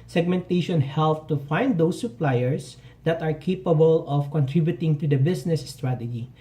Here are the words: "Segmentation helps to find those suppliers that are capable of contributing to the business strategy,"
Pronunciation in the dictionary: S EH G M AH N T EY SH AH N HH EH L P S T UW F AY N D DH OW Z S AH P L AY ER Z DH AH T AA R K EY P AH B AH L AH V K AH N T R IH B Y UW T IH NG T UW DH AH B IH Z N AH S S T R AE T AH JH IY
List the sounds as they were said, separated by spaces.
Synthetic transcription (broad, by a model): S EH G M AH N T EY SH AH N HH EH L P T UW F AY N D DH OW S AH P L AY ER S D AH T AA R K EY P AH B AH L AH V K AH N T R IH B Y UW T IH NG T UW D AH B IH S N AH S S T R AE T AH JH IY